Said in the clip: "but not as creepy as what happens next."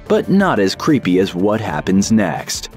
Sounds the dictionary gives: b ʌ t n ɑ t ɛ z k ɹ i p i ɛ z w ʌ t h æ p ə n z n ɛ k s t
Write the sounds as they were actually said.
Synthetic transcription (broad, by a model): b ʌ t n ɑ t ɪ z k ɹ i p i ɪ z w ʌ t h æ p ə n z n ɛ k s t